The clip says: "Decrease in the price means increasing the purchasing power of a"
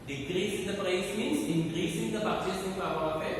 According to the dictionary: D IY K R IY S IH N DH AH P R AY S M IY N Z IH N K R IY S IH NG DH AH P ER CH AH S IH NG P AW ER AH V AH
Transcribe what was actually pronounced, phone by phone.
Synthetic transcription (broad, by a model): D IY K R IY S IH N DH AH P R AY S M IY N S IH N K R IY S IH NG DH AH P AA S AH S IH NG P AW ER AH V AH